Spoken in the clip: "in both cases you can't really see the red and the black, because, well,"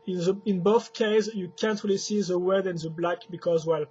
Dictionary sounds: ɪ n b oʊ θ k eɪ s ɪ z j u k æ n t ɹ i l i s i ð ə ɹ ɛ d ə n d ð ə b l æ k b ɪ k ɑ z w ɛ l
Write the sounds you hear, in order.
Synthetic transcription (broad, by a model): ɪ n b oʊ θ k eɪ ɪ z j u k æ n t ɹ i l i s i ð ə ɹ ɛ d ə n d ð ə b l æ k b ɪ k ɑ z w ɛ l